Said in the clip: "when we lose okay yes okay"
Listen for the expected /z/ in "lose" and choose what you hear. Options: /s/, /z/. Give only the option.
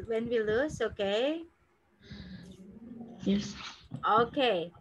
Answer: /s/